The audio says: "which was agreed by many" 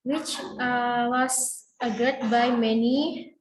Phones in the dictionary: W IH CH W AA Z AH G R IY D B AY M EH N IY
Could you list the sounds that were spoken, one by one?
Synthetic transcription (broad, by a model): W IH CH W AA S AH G AH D B AY M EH N IY